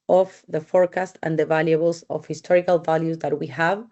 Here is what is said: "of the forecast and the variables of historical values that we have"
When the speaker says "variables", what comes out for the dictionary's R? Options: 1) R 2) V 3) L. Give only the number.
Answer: 3